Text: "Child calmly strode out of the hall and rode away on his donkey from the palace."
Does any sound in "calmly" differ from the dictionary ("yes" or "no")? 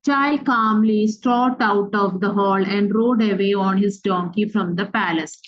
no